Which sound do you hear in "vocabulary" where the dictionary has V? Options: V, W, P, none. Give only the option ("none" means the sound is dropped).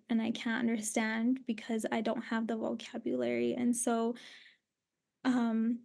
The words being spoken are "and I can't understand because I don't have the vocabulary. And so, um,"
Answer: V